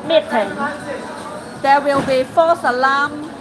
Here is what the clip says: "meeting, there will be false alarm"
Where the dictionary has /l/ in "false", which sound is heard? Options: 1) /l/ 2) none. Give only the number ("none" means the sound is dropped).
2